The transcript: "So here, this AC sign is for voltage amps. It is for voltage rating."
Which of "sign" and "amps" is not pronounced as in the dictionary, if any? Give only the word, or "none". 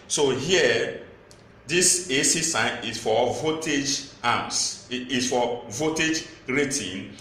amps